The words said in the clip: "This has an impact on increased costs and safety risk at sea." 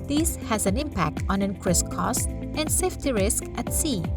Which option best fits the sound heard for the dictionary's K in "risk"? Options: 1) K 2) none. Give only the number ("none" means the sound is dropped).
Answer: 1